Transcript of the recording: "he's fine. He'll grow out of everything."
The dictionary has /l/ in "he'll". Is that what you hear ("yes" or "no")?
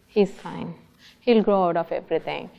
yes